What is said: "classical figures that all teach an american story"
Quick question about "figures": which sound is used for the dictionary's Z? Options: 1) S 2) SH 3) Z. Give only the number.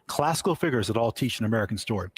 3